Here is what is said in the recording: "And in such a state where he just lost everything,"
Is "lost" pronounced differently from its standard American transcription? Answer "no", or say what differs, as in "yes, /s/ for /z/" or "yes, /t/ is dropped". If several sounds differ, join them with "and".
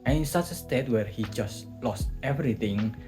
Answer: no